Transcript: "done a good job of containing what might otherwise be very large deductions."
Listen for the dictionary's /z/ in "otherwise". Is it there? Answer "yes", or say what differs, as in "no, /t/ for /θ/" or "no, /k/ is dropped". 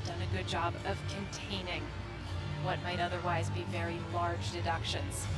yes